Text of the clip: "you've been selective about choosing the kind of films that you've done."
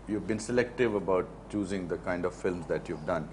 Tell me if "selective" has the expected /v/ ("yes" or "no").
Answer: yes